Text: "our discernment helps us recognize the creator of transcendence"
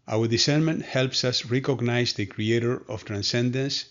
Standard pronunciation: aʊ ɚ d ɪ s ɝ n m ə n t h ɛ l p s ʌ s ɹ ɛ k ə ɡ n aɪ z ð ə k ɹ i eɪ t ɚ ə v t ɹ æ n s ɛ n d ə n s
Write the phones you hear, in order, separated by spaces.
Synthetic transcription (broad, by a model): aʊ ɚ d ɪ s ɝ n m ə n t h ɛ l p s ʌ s ɹ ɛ k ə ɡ n aɪ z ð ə k ɹ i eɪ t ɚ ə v t ɹ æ n s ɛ n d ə n s